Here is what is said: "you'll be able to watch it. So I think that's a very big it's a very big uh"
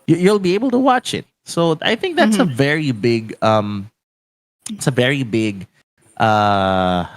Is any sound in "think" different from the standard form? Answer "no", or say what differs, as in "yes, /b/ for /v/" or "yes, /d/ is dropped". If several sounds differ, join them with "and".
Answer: no